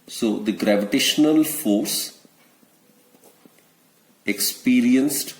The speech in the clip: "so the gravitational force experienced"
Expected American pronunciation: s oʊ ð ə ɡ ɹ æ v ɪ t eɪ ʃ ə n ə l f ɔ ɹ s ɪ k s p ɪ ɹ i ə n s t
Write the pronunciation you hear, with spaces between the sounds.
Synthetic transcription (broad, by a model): s oʊ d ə ɡ ɹ æ v ɪ t eɪ ʃ ə n ə l f ɔ ɹ s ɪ k s p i ɹ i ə n s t